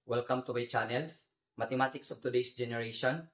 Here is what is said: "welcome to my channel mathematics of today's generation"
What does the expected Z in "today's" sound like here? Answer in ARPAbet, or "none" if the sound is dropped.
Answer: S